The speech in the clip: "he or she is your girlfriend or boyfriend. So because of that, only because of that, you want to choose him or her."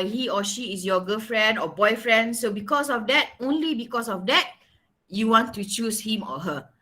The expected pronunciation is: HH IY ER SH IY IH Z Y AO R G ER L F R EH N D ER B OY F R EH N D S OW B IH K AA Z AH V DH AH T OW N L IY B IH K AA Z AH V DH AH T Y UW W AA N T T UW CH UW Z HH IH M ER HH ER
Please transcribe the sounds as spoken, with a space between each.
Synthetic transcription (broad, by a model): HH IY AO SH IY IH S Y AO G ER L F R EH N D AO B OY F R EH N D S OW B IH K AA S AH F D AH T OW N L IY B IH K AA S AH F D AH T Y UW W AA N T T UW CH UW S HH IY M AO HH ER